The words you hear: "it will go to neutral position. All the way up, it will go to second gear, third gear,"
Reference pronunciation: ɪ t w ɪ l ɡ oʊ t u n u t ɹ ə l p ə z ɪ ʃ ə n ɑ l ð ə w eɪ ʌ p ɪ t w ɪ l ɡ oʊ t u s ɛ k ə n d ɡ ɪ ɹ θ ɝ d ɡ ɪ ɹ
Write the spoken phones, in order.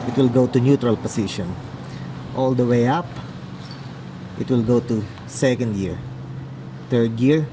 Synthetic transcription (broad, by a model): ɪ t w ɪ l ɡ oʊ t u n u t ɹ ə l p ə s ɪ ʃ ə n ɑ l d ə w eɪ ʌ p ɪ t w ɪ l ɡ oʊ t u s ɛ k ə n d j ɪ ɹ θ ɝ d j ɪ ɹ